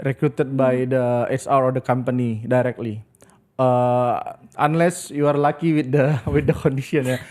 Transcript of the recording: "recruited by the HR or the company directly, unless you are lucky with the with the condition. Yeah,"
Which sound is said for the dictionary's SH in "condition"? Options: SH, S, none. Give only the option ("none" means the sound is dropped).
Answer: S